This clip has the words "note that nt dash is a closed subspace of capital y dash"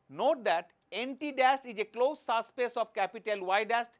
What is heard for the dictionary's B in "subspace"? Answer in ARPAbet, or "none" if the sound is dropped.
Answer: none